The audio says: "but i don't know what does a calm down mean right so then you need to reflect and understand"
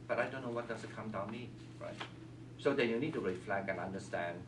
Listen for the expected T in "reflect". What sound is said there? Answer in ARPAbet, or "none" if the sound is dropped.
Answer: none